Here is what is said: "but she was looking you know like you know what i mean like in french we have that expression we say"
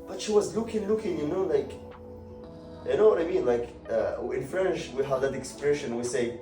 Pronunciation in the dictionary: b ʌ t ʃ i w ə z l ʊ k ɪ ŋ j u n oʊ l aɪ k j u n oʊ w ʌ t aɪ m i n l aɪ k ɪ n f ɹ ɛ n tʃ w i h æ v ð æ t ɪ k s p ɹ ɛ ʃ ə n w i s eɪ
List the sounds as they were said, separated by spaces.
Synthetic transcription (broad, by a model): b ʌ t ʃ i w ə z l ʊ k ɪ ŋ j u n oʊ l aɪ k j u n oʊ w ʌ t aɪ m i n l aɪ k ɪ n f ɹ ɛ n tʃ w i h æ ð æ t ɪ k s p ɹ ɛ ʃ ə n w i s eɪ